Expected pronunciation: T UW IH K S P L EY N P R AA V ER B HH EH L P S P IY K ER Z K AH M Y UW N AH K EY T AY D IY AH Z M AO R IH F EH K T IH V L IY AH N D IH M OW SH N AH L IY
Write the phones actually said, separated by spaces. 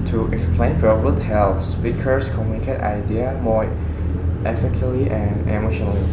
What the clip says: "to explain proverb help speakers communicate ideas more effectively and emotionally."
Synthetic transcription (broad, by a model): T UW IH K S P L EY N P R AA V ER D HH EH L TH S P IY K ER S K AH M Y UW N AH K EY T AY D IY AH M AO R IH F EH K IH L IY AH N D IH M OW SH N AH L IY